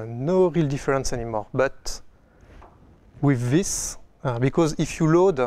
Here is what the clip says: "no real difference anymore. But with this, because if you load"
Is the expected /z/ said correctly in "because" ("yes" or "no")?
yes